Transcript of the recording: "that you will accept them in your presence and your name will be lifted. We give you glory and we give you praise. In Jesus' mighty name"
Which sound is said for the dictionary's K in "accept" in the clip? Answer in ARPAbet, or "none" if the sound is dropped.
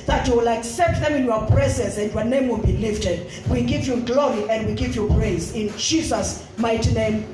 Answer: K